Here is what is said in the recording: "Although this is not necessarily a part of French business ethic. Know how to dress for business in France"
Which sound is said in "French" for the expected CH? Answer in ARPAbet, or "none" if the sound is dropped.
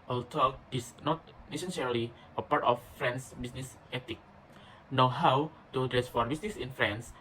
S